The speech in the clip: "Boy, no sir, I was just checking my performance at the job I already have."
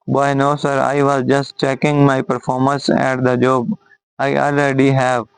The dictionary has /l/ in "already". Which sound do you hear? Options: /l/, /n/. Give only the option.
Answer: /l/